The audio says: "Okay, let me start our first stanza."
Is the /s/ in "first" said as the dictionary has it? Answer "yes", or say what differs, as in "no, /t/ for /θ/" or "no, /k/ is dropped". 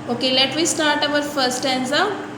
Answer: no, /s/ is dropped